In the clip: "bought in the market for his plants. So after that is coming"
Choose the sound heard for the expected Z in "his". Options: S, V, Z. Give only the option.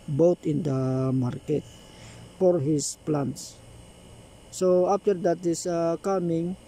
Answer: S